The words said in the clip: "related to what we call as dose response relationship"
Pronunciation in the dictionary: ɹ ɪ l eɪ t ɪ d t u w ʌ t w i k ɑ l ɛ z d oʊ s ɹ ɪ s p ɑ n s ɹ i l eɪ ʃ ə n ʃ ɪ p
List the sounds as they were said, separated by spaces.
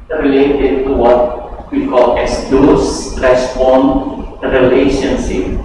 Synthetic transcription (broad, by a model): ɹ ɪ l eɪ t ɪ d t u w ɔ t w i k ɑ l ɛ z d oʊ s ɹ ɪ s f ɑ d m ɹ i l eɪ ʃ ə n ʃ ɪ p